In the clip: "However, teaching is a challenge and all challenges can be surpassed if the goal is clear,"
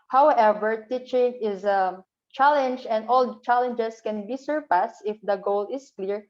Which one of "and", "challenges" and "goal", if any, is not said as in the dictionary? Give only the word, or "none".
challenges